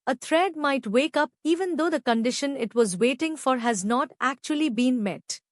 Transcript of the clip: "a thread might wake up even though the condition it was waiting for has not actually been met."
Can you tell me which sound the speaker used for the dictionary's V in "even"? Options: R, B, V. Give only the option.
V